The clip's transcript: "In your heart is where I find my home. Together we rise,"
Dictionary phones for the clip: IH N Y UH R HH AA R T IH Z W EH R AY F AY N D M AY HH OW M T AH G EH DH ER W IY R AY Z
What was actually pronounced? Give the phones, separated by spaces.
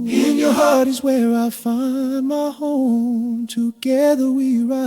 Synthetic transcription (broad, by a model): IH N Y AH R HH AA R T IH Z W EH R AY F AY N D M AY HH OW M T AH G EH DH ER W IY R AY